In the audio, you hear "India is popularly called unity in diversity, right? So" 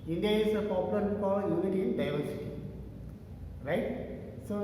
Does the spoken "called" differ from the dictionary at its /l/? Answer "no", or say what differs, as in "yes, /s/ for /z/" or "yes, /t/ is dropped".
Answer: yes, /l/ is dropped